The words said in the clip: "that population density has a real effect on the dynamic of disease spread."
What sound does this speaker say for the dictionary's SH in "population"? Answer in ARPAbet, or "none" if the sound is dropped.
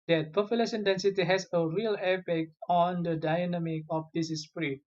S